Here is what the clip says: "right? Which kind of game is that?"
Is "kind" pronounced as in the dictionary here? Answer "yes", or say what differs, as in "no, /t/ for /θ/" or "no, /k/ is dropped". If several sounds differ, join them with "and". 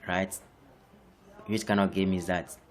no, /d/ is dropped